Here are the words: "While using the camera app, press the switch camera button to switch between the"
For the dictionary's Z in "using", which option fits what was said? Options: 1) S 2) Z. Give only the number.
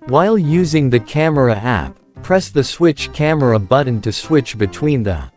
2